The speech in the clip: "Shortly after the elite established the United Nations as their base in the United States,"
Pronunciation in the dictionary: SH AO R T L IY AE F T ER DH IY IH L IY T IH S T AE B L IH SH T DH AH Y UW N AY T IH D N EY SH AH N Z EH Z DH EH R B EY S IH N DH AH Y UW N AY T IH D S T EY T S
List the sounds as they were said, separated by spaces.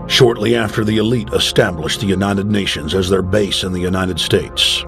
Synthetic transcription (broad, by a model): SH AO R T L IY AE F T ER DH IY IH L IY T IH S T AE B L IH SH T DH AH Y UW N AY T IH D N EY SH AH N Z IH Z DH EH R B EY S IH N DH AH Y UW N AY T IH D S T EY T S